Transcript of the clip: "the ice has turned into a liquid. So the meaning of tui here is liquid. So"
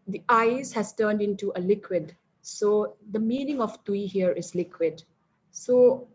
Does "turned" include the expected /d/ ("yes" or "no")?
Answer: yes